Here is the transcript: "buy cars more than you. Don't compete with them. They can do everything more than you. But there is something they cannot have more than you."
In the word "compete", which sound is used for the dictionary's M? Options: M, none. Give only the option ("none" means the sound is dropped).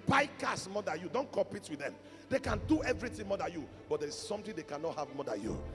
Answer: M